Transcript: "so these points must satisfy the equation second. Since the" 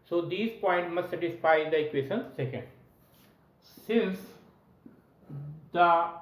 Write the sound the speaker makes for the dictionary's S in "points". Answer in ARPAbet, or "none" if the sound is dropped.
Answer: none